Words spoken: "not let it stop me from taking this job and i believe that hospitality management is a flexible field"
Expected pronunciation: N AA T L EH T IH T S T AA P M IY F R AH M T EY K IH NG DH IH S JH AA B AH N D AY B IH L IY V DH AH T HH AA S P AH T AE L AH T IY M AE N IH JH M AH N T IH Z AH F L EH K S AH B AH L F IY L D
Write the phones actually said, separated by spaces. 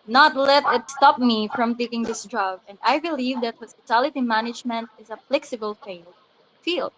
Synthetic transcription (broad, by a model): N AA T L EH T IH T S T AA P M IY F R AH M T EY K IH NG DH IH S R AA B AH N D AY B IH L IY V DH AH T HH AA S P AH T AE L AH T IY M AE N IH JH M AH N T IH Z AH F L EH K S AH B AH L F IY L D